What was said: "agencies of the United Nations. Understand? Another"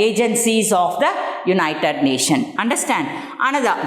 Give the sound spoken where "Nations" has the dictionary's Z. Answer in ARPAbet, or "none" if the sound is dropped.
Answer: none